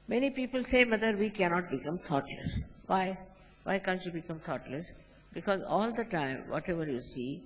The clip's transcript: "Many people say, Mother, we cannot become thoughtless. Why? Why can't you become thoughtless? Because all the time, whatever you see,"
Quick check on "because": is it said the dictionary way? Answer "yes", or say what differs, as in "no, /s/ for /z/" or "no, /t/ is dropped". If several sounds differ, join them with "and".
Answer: yes